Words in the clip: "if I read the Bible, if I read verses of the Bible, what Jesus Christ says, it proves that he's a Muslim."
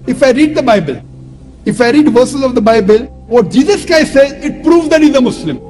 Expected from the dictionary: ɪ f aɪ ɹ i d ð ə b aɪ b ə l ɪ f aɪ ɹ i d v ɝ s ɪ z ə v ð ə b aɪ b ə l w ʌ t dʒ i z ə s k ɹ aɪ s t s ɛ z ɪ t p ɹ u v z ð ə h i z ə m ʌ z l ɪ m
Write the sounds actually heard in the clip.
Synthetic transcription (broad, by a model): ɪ f aɪ ɹ i d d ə b aɪ b ə l ɪ f aɪ ɹ i d v ɝ s ɪ z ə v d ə b aɪ b ə l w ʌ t dʒ i z ə s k aɪ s s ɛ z ɪ t p ɹ u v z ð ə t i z ə m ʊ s l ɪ m